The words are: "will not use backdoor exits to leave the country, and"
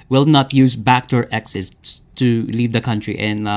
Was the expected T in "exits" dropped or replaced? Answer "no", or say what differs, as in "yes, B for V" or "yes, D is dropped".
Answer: yes, S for T